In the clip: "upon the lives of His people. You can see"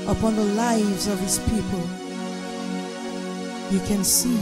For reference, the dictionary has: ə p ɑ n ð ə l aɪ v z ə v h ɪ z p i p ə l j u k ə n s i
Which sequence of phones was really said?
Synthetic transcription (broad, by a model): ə p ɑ n ð ə l aɪ v z ə v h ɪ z p i p ə l j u k ə n s i